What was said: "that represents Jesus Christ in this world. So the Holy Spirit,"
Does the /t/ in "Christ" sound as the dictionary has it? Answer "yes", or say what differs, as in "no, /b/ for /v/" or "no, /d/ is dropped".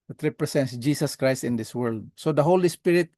yes